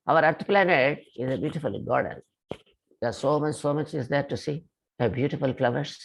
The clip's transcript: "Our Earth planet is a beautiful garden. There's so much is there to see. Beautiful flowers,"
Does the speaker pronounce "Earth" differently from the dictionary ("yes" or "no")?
yes